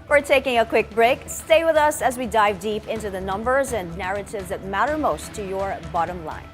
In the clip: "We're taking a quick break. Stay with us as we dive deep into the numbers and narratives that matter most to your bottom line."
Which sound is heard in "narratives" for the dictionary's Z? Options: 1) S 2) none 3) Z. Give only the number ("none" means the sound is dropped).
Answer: 3